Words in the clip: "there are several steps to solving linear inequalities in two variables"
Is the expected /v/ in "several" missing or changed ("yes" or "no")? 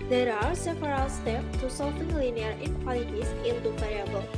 yes